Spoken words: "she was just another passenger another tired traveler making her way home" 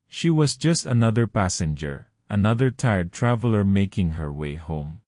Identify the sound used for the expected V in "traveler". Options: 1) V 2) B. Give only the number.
1